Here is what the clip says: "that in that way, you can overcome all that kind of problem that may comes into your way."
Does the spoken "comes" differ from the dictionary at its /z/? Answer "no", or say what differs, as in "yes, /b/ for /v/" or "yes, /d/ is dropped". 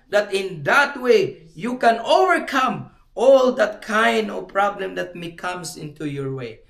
yes, /s/ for /z/